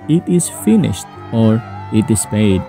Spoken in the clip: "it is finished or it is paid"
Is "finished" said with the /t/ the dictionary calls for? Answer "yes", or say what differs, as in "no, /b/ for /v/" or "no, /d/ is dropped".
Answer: yes